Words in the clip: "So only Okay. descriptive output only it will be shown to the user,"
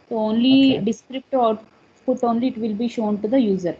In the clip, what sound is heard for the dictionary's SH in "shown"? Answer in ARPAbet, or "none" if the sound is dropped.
SH